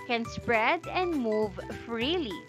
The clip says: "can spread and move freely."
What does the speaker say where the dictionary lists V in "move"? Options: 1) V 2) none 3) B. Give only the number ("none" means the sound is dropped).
1